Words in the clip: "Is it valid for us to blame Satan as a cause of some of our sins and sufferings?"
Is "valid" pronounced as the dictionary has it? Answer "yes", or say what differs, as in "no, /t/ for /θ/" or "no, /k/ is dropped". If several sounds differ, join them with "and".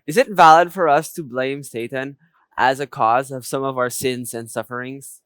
yes